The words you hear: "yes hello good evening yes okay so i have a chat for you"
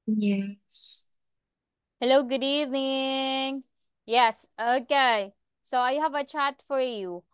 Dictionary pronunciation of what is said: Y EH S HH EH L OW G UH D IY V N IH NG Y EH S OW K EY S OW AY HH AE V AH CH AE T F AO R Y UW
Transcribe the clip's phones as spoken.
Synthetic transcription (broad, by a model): Y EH S HH EH L OW G UH D IY V N IH NG Y EH S OW K EY S OW AY HH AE V AH CH AE T F AO R Y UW